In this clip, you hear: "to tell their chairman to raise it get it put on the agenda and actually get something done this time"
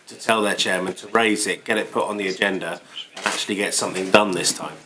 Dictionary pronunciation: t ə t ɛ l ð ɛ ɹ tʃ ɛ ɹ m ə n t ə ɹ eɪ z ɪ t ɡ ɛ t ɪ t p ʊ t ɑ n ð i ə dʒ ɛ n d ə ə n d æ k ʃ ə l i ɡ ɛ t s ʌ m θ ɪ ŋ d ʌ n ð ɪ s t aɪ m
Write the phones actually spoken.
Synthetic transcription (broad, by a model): t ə t ɛ l ð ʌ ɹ tʃ ɛ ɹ m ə n t ə ɹ eɪ z ɪ t ɡ ɛ t ɪ t p ʊ t n ð i ə dʒ ɛ n d ə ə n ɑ k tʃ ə l i ɡ ɛ t s ʌ m θ ɪ ŋ d ʌ n ð ɪ s t aɪ m